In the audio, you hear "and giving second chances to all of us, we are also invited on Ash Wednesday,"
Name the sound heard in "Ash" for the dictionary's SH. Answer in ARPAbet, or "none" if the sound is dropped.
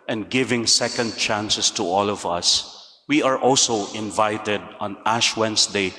SH